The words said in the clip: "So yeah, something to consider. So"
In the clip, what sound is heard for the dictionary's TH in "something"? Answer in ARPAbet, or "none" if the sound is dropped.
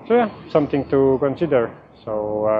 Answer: T